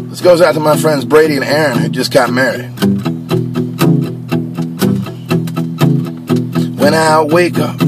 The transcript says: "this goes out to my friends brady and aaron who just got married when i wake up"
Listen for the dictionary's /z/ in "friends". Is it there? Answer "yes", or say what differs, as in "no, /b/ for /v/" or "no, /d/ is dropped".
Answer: yes